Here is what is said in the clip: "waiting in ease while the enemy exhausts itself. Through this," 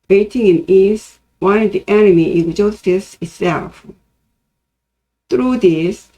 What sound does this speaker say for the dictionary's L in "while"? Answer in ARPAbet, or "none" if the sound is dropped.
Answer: N